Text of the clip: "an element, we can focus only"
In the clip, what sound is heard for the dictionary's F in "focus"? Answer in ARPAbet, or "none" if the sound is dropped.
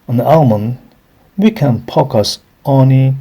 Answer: P